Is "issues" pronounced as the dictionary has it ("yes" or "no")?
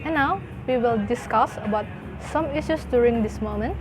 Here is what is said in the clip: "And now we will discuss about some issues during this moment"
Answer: no